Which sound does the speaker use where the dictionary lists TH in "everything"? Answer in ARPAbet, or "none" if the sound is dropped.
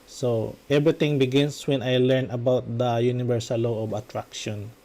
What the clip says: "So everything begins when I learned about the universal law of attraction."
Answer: T